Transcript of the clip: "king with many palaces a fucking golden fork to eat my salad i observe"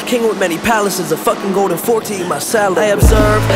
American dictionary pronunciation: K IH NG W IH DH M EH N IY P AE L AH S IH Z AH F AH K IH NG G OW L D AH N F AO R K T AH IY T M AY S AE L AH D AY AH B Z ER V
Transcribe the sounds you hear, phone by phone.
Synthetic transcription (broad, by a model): K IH NG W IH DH M EH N IY P AE L AH S IH Z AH F AH K IH NG G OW L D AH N F AO R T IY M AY S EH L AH IH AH B Z ER V